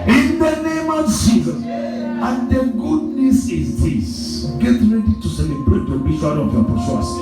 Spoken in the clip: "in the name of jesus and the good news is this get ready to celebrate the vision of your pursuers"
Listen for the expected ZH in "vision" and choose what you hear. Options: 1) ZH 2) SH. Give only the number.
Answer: 2